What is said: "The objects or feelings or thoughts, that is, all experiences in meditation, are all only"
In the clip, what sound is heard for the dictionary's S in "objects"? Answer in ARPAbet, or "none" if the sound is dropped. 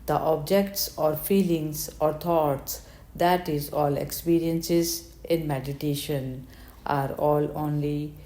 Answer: S